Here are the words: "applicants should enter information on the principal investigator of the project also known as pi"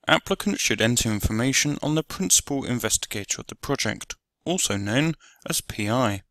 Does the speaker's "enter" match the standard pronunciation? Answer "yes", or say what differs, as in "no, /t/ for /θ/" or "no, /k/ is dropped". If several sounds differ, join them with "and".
yes